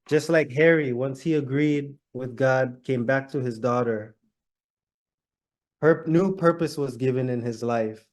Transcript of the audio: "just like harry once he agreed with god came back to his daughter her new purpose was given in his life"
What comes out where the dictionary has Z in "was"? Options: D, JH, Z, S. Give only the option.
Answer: Z